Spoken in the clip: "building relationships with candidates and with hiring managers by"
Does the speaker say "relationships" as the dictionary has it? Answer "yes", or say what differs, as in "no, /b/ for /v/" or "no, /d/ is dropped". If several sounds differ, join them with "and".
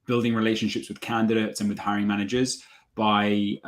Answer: yes